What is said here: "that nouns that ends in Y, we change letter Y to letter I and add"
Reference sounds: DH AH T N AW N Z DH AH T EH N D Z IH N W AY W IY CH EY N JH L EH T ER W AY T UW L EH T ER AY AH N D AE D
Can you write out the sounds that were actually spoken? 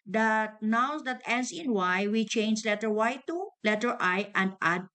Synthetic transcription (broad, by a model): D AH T N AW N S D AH T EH N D S IH N W AY W IY CH EY N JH L EH T ER W AY T UW L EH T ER AY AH N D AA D